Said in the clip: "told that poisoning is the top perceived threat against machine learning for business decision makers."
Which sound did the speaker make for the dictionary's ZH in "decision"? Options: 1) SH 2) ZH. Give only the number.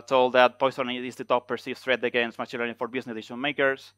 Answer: 1